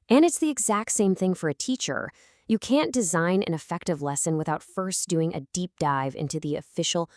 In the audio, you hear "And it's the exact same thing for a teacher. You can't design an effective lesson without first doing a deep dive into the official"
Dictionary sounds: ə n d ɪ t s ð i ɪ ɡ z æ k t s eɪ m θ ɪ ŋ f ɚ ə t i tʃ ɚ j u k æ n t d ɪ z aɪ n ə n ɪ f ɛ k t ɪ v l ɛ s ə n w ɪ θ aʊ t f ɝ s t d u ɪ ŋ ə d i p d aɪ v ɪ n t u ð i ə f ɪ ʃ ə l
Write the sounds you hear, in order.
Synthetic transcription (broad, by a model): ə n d ɪ t s ð i ɪ ɡ z æ k t s eɪ m θ ɪ ŋ f ɚ ə t i tʃ ɚ j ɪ k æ n d ɪ z aɪ n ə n ɪ f ɛ k t ɪ v l ɛ s ə n w ɪ θ aʊ t f ɝ s d u ɪ ŋ ə d i p d aɪ v ɪ n t u ð i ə f ɪ ʃ l